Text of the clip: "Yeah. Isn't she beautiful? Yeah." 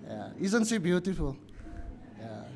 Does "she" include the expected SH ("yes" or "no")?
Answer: no